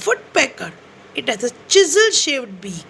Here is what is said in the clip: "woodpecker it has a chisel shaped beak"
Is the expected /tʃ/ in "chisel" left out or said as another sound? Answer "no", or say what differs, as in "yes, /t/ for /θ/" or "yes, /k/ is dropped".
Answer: no